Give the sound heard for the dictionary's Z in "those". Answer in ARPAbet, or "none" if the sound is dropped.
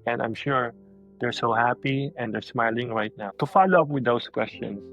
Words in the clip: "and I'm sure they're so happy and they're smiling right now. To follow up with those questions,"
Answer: S